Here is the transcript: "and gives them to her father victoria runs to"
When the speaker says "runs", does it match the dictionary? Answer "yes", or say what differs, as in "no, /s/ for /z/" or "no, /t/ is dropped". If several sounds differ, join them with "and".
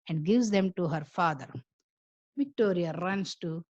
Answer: no, /s/ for /z/